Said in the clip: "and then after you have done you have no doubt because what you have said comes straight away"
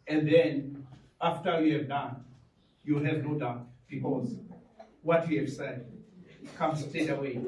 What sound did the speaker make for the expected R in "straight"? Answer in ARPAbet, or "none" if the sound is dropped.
none